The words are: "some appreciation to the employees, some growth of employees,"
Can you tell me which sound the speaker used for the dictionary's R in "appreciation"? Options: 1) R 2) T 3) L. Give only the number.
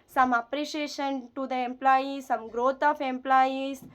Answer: 1